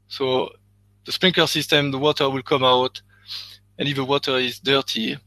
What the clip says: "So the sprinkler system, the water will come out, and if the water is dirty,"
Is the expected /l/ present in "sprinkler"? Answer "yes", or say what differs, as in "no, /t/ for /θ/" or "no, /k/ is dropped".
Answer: no, /l/ is dropped